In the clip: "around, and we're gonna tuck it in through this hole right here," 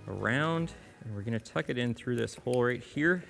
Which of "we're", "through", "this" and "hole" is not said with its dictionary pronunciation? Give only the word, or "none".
none